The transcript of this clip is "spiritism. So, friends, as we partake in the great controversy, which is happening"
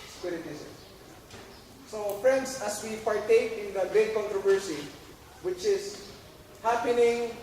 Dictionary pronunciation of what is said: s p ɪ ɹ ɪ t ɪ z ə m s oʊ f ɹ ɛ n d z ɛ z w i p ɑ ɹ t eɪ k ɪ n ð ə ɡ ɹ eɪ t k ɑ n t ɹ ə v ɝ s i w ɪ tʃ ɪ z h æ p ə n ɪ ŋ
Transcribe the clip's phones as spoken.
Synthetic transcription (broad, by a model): s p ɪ ɹ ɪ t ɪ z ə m s oʊ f ɹ ɛ n d s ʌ s w i p ɑ ɹ t eɪ k ɪ n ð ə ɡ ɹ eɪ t k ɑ n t ɹ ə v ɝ s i w ɪ tʃ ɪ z h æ p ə n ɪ ŋ